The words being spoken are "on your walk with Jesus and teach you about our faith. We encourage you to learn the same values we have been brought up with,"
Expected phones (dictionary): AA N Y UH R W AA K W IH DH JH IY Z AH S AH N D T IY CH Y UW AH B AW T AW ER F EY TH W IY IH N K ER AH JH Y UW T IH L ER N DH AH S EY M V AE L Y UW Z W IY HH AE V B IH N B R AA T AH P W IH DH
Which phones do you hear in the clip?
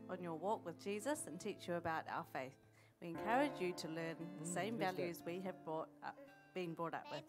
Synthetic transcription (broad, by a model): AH N Y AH R W AA K W IH DH JH IY Z AH S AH N T IY CH Y AH B AW T AW ER F EY TH W IY IH N K ER AH JH Y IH T IH L ER N DH AH S EY M V AE L Y UW Z W IY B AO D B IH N B R AA T AH P W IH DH